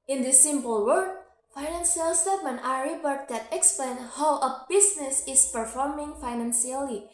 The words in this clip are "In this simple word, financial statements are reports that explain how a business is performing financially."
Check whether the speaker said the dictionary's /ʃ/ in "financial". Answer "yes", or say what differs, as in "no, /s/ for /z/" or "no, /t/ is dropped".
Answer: no, /s/ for /ʃ/